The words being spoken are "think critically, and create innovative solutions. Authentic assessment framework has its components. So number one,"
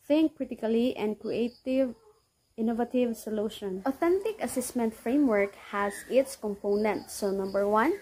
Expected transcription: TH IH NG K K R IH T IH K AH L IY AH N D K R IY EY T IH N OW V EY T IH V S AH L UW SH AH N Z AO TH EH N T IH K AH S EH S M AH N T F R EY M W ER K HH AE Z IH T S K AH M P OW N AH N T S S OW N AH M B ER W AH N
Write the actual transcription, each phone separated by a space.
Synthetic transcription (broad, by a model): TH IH NG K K R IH T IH K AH L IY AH N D K R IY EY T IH N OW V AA T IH V S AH L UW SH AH N AO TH EH N T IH K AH S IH S M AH N T F R EY M W ER K HH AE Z IH T S K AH M P OW N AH N T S S OW N AH M B ER W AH N